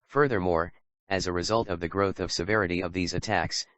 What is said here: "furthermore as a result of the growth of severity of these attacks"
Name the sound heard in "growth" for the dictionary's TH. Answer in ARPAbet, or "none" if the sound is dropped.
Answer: TH